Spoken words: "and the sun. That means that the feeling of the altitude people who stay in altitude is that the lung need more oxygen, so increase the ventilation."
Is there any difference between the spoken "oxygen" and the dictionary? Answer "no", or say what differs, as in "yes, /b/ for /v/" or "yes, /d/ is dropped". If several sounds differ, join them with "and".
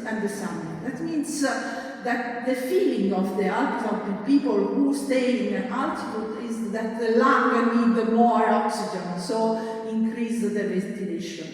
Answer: no